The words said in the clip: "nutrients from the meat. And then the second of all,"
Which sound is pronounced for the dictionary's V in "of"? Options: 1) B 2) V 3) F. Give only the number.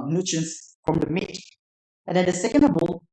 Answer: 1